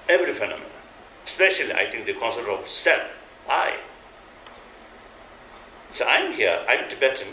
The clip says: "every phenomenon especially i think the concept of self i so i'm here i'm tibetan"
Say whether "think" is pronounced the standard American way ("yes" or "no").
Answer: no